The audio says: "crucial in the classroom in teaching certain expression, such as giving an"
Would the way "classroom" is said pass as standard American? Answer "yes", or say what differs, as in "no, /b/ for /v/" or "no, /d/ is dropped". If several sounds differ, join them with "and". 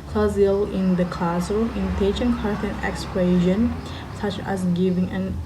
no, /m/ is dropped